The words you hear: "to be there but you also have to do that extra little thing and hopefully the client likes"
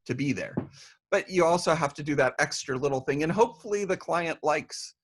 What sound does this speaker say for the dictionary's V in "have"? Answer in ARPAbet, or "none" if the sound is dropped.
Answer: F